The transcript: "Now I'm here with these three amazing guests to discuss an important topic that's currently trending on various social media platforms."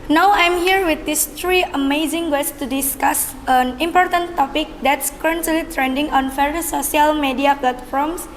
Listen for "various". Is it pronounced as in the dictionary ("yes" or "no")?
no